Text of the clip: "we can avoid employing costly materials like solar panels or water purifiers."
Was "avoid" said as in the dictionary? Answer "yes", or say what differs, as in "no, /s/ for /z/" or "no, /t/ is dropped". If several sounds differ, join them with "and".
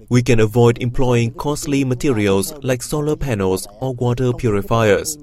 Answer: yes